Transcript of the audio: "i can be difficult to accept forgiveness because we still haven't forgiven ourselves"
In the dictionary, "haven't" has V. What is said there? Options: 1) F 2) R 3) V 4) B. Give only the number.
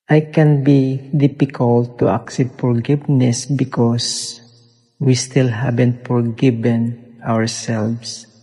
4